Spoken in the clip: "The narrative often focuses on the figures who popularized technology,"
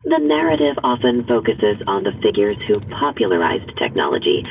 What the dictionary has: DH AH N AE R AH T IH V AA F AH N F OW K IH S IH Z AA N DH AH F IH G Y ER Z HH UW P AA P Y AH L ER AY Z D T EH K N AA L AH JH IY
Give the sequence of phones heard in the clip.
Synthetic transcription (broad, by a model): DH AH N AE R AH T IH V AA F AH N F OW K IH S IH Z N DH AH F IH G Y ER Z HH UW P AA P Y L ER AY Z T EH K N AA L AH JH IY